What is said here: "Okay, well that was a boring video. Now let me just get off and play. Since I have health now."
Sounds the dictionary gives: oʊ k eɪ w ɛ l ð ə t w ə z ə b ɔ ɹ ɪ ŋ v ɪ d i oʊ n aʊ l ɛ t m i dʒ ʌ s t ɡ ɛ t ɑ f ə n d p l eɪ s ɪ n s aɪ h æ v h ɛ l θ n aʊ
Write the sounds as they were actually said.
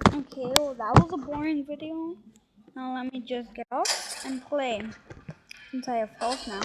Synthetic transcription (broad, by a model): oʊ k eɪ w ɛ l ð ə t w ə z ə b ɔ ɹ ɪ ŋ v ɪ d i oʊ n aʊ l ɛ t m i dʒ ʌ s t ɡ ɛ t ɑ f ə n p l eɪ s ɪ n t aɪ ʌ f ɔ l s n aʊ